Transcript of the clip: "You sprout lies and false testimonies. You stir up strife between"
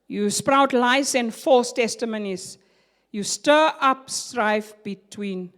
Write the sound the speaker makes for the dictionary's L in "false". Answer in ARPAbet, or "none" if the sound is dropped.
none